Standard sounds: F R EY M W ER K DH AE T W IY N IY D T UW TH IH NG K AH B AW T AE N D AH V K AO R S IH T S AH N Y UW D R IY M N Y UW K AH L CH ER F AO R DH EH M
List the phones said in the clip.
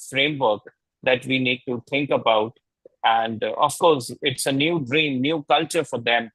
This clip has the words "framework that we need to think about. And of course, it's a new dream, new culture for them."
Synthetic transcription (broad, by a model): F R EY M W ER K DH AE T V IY N IY D T UW T IH NG K AH B AW T AE N D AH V K AO R S IH T S AH N Y UW D R IY M N Y UW K AH L CH ER F AO R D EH M